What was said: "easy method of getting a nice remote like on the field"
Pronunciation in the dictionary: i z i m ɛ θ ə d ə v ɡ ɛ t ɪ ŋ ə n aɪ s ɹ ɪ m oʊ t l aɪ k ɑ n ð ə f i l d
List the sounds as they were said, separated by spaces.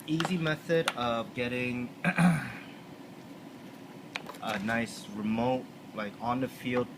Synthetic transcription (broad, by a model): i z i m ɛ θ ə d ə v ɡ ɛ t ɪ ŋ ə n aɪ s ɹ ɪ m oʊ t l aɪ k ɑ n ð ə f i l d